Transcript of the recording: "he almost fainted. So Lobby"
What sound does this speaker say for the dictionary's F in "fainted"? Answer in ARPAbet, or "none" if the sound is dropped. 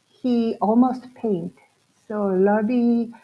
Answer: P